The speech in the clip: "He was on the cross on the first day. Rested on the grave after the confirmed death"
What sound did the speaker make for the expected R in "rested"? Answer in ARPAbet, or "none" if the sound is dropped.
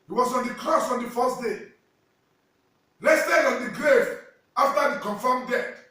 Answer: L